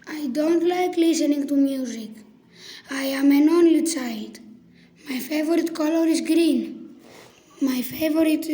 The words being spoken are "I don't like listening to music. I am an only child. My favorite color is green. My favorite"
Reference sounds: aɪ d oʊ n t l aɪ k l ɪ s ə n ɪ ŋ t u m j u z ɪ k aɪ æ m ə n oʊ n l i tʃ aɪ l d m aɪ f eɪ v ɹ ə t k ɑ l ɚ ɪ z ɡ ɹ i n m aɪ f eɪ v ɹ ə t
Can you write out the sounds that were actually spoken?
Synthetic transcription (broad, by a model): aɪ d oʊ n t l aɪ k l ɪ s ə n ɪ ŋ t u m j u z ɪ k aɪ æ m ə n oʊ n l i s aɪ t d m aɪ f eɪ v ɹ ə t k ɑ l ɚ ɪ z ɡ ɹ i n m aɪ f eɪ v ɹ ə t